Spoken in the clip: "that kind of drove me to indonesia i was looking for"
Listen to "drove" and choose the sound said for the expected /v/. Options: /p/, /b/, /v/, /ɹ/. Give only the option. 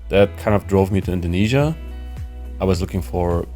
/v/